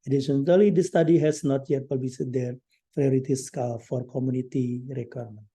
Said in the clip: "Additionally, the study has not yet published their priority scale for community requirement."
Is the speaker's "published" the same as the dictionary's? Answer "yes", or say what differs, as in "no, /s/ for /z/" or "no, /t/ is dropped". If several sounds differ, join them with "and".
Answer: no, /ʃ/ is dropped